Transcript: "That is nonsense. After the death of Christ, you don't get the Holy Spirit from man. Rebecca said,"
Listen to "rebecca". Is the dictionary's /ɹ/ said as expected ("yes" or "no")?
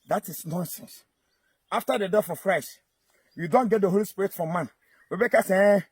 no